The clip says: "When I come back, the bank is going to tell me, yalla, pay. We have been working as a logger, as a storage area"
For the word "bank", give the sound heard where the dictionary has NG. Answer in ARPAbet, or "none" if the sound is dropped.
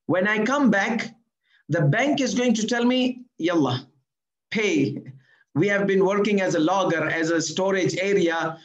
NG